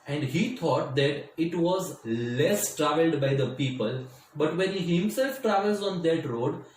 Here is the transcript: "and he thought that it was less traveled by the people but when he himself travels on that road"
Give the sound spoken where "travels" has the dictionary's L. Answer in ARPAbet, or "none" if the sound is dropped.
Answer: L